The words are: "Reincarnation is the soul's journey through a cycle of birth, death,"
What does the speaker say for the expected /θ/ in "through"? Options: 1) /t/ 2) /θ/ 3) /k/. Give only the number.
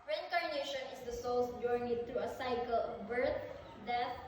1